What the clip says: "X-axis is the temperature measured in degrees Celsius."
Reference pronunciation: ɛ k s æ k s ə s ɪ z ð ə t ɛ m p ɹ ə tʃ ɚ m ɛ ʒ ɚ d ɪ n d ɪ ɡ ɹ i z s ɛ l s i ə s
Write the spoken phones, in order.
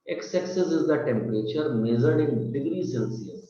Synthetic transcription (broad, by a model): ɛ k s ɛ k s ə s ɪ z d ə t ɛ m p ɹ ə tʃ ɚ m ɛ z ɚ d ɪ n d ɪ ɡ ɹ i s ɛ l s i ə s